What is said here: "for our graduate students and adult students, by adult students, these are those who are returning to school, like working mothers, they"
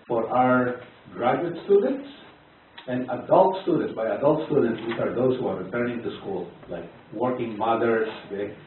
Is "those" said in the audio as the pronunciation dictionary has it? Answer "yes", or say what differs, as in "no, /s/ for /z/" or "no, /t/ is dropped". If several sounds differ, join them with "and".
no, /s/ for /z/